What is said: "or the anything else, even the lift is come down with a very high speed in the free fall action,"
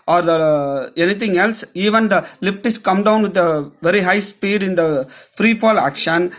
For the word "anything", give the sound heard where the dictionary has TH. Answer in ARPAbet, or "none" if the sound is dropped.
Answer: T